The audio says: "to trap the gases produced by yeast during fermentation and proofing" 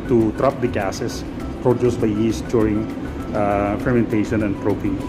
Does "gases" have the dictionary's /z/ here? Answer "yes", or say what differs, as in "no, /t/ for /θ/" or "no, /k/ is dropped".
no, /s/ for /z/